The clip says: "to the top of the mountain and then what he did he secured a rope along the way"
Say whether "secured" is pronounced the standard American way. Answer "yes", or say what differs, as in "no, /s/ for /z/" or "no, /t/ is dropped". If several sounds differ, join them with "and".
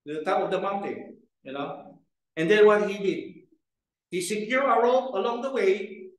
no, /d/ is dropped